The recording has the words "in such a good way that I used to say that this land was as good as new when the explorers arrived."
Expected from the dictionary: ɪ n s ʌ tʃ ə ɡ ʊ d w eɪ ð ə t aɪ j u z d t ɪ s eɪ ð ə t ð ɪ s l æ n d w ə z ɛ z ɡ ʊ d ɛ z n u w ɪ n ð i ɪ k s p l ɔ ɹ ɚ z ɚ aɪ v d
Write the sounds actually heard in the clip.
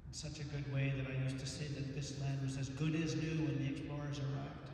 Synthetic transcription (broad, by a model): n s ʌ tʃ ə ɡ ʊ d w eɪ ð ə t aɪ j u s t ɪ s eɪ ð ə t ð ɪ s l æ n d w ə z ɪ z ɡ ʊ d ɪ z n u w ɪ n ð i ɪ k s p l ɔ ɹ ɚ z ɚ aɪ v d